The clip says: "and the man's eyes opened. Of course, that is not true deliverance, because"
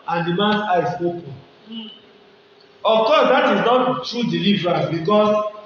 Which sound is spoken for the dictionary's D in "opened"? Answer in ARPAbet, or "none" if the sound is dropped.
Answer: none